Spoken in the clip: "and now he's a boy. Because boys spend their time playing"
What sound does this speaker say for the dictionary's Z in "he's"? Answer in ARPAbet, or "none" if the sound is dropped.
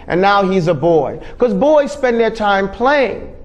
Z